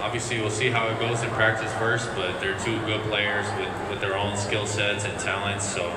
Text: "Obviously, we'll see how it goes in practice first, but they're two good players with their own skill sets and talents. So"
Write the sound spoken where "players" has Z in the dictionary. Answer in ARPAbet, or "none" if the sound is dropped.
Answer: Z